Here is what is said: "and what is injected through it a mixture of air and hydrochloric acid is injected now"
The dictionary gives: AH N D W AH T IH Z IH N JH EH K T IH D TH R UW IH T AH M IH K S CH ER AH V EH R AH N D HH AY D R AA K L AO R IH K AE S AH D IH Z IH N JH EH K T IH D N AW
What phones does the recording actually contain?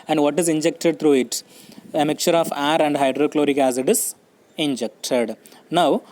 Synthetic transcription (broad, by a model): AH N D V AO T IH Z IH N JH EH K T IH D T R UW IH T AH M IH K CH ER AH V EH R AH N D HH AY D R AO K L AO R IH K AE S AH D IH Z IH N JH EH K T IH D N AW